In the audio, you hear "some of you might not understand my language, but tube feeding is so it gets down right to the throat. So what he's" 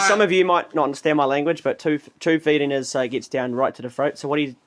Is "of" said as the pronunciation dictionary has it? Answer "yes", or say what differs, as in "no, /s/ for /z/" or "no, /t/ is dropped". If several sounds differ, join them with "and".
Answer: yes